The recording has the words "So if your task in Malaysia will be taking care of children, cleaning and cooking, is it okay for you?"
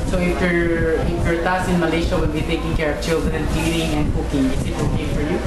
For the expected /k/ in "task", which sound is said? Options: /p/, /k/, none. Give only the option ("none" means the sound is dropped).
none